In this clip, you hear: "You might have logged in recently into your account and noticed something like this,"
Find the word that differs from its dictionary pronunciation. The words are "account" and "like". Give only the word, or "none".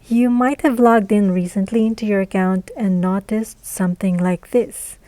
none